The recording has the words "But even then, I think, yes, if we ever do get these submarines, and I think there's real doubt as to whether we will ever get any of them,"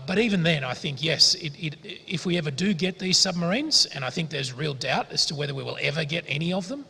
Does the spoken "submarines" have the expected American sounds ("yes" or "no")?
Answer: yes